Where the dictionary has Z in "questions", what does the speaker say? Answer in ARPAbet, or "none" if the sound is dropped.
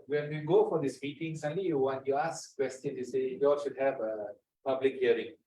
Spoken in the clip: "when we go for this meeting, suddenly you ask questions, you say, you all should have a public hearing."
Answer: none